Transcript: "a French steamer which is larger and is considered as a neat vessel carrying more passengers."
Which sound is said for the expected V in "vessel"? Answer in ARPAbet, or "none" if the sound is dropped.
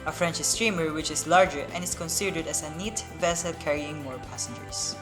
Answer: V